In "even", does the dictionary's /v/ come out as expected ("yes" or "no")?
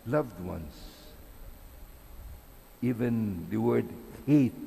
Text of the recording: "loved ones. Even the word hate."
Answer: yes